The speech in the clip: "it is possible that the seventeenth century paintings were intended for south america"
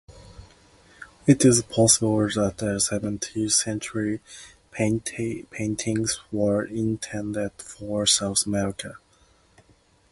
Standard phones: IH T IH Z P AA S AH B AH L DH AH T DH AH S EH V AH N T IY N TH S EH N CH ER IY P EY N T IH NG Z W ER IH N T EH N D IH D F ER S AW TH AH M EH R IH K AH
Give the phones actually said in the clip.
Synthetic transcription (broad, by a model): IH T IH Z P AA S AH B AH L DH AH T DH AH S EH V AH N T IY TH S EH N CH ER IY P EY N T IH NG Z W ER IH N T EH N D IH D F ER S AW TH AH M EH R IH K AH